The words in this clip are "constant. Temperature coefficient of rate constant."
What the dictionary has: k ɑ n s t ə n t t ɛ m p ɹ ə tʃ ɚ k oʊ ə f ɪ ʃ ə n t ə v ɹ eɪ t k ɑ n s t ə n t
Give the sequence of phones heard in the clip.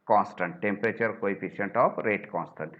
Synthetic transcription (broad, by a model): k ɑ n s t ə n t t ɛ m p ɹ ə tʃ ɚ k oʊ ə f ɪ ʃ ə n t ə p ɹ eɪ t k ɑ n s t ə n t